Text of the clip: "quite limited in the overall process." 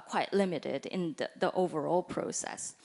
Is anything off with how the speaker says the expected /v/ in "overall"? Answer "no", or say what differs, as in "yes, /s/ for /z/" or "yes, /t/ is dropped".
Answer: no